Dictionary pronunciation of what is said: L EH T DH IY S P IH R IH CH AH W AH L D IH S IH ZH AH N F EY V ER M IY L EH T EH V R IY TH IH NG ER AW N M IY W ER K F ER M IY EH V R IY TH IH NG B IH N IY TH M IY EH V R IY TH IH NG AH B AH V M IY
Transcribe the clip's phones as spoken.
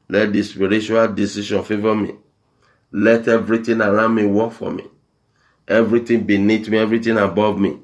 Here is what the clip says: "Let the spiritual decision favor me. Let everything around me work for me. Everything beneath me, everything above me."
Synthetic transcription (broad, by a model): L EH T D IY S P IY R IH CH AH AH L D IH S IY SH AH N F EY V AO M IY L EH T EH V R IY T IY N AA AW M IY W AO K F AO M IY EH V R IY T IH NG B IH N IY T M IY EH V R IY T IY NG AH B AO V M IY